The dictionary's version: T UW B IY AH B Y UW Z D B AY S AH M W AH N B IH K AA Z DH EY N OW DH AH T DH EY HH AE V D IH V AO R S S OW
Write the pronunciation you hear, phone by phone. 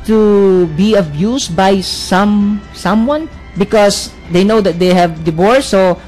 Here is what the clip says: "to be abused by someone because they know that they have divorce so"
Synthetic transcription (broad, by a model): T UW B IY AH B Y UW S B AY S AH M W AH N B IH K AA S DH EY N OW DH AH T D EY HH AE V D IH B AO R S S OW